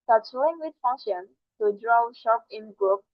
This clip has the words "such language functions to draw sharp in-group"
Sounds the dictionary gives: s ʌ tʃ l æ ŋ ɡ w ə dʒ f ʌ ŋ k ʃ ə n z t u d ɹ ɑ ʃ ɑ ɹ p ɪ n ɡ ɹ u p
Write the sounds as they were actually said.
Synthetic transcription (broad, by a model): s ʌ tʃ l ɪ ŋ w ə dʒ f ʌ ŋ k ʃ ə n t u d ɹ ɑ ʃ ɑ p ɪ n ɡ ɹ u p